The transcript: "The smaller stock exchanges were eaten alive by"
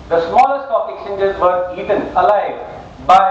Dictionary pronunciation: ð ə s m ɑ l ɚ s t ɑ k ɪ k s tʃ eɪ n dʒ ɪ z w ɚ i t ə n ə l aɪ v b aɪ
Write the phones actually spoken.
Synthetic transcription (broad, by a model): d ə s m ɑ l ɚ s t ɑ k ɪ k tʃ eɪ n dʒ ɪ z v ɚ i t ə n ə l aɪ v b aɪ